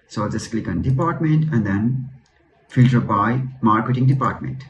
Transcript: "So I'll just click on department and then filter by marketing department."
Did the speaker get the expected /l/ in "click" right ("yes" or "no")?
yes